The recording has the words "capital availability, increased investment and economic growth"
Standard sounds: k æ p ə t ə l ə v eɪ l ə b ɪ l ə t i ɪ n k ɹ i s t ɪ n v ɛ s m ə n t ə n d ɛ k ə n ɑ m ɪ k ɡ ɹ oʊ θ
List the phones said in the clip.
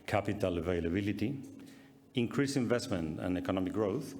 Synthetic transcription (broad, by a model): k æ p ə t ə l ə v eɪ l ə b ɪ l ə t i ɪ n k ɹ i s ɪ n v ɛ s m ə n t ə n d ɛ k ə n ɑ m ɪ k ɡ ɹ oʊ θ